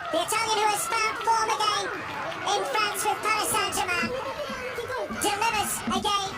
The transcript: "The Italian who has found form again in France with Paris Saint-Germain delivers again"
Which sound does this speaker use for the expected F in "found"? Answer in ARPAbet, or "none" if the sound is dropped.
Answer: P